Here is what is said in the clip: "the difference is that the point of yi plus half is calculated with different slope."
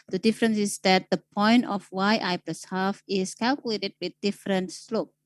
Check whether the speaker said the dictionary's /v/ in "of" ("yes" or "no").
no